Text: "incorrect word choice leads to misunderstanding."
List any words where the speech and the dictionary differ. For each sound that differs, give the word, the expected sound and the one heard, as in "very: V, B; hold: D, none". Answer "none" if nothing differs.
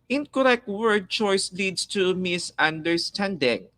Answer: leads: Z, S